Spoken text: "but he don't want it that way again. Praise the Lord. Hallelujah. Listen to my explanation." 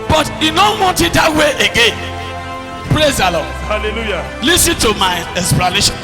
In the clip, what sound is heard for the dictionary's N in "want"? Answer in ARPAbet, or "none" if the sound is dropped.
none